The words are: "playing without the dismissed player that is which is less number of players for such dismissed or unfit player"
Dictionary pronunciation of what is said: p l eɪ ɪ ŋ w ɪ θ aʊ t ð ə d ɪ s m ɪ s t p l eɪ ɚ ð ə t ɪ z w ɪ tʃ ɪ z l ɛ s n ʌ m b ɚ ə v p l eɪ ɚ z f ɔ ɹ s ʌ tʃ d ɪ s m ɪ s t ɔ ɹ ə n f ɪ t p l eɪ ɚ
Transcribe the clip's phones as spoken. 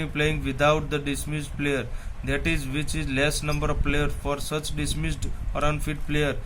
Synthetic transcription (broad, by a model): p l eɪ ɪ ŋ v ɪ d aʊ t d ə d ɪ s m ɪ s t p l eɪ ɚ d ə t ɪ z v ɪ tʃ ɪ z l ɛ s n ʌ m b ɚ ə v p l eɪ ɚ f ɔ ɹ s ʌ tʃ d ɪ s m ɪ s t ɔ ɹ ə n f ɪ t p l eɪ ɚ